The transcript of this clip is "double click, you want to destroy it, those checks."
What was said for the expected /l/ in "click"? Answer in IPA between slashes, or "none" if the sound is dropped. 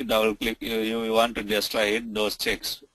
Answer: /l/